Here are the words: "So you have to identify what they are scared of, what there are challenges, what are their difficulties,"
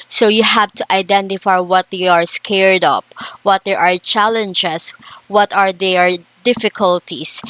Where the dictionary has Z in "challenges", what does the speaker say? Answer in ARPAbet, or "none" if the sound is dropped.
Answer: S